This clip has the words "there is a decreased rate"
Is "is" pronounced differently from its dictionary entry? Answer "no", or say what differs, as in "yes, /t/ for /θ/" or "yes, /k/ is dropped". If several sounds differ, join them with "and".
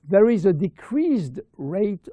no